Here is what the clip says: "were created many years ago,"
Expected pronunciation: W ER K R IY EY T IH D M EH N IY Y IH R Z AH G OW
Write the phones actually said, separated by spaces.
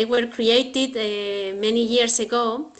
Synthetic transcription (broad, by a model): W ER K R IY EY T IH D M EH N IY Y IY R S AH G OW